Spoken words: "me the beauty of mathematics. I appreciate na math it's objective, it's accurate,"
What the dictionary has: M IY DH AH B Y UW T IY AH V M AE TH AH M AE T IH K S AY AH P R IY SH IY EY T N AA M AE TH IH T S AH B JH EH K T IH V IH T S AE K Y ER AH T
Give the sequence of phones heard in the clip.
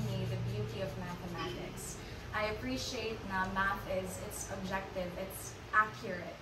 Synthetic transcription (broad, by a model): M IY DH AH B Y UW T IY AH V M AE TH AH M AE T IH K S AY AH P R IY SH IY EY T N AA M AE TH IH T S AH B JH EH K T IH V IH T S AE K Y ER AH T